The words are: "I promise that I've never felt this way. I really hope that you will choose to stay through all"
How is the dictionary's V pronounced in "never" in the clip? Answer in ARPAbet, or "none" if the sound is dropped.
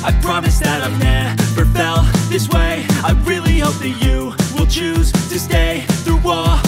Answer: P